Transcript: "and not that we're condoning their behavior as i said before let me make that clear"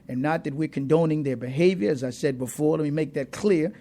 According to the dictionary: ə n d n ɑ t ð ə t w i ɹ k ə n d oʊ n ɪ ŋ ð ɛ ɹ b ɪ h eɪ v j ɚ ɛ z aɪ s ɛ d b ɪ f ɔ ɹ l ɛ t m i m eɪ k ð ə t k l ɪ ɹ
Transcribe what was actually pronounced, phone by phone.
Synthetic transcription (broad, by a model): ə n n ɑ t ð ə t w i ɹ k ə n d oʊ n ɪ ŋ ð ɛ ɹ b ɪ h eɪ v j ɚ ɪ z aɪ s ɛ d b ɪ f ɔ ɹ l ɛ t m i m eɪ k ð ə t k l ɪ ɹ